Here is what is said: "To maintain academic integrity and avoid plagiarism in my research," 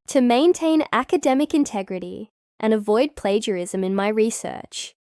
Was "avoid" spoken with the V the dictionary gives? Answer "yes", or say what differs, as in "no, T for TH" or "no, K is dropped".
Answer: yes